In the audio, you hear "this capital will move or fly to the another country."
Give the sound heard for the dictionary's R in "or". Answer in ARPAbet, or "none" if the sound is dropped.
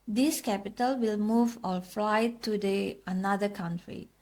L